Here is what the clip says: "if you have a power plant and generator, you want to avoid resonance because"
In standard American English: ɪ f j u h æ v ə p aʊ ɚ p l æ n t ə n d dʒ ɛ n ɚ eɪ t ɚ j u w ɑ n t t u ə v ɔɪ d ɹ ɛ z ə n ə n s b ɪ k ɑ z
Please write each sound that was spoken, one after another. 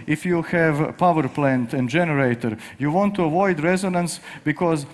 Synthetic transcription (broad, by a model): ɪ f j u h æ v p aʊ ɚ p l æ n t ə n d dʒ ɛ n ɚ eɪ t ɚ j u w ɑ n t t u ə v ɔɪ d ɹ ɛ z ə n ə n s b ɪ k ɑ z